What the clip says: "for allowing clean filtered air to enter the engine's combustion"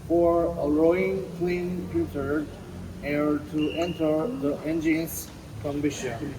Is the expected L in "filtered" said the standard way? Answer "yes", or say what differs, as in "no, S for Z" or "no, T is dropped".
no, L is dropped